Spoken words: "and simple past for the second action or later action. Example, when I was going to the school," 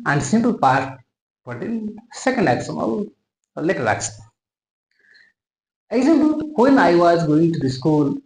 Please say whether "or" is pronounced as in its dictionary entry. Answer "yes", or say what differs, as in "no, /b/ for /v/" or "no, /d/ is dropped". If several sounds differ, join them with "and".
no, /l/ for /ɹ/